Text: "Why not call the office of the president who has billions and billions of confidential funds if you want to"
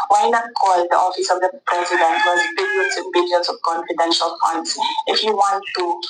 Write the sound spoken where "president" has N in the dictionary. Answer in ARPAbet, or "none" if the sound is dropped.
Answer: N